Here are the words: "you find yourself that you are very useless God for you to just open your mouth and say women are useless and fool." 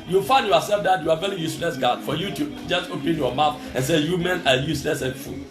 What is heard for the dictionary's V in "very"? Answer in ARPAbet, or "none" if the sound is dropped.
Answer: V